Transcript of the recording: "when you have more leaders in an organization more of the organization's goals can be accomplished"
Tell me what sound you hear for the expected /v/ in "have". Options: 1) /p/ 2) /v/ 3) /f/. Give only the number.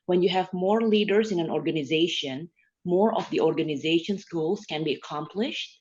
2